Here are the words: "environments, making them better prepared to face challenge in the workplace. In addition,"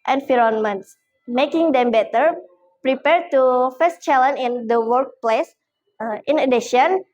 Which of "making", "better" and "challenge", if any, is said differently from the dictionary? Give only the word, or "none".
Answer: challenge